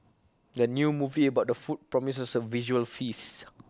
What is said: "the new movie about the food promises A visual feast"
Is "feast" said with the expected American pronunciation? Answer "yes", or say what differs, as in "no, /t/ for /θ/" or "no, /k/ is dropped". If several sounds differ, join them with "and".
no, /t/ is dropped